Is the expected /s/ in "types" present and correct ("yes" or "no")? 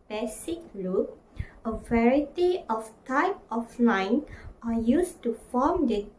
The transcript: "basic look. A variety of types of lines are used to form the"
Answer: no